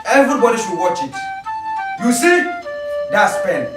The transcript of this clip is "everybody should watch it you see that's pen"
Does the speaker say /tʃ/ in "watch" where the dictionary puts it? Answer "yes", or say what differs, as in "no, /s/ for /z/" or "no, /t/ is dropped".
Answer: yes